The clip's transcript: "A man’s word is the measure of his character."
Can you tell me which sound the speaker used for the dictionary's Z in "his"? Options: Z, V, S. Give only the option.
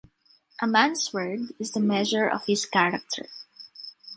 S